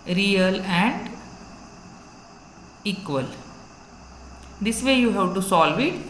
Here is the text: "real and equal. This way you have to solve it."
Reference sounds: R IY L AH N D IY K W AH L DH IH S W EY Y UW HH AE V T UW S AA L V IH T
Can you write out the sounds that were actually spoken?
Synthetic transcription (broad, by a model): R IY L AH N D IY K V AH L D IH S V EY Y UW HH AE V T UW S AA L V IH T